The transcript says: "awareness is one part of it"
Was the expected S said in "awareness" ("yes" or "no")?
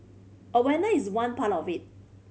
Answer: no